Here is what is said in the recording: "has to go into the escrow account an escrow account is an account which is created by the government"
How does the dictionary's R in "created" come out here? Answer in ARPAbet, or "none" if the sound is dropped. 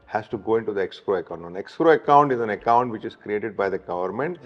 R